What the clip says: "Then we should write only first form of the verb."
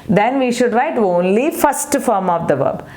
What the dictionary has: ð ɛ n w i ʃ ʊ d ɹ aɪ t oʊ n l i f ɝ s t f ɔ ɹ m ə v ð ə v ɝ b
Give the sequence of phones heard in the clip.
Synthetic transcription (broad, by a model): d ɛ n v i ʃ ʊ d ɹ aɪ t oʊ n l i f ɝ s t f ɔ ɹ m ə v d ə v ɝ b